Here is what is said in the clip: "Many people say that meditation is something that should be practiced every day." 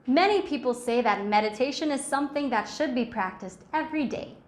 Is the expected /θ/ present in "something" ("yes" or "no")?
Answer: yes